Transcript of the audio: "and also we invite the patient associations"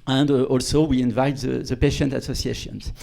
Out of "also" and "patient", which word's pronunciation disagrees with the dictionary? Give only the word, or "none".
none